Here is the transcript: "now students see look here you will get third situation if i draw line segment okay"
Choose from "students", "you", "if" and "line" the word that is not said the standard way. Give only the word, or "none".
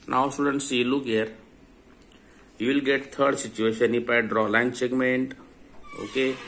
if